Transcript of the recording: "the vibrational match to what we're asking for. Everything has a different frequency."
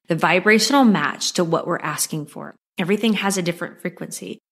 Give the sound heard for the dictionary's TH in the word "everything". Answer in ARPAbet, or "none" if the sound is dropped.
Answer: TH